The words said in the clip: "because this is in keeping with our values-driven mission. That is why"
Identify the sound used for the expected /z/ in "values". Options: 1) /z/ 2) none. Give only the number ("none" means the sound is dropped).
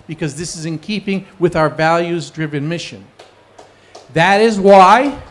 1